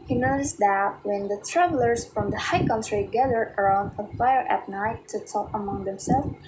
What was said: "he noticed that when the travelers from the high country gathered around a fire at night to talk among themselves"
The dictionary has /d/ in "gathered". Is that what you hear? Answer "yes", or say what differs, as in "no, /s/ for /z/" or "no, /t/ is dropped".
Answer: no, /d/ is dropped